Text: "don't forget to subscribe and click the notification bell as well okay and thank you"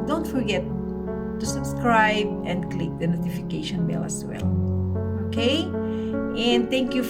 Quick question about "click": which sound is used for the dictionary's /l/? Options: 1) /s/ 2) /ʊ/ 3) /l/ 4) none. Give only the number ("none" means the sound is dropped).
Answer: 3